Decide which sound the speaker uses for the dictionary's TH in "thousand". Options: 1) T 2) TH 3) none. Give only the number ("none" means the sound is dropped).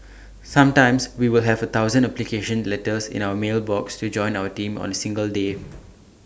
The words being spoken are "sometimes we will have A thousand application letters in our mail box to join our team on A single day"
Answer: 1